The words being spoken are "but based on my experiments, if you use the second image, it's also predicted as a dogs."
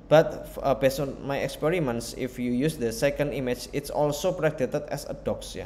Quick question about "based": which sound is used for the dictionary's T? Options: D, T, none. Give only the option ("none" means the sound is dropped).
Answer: none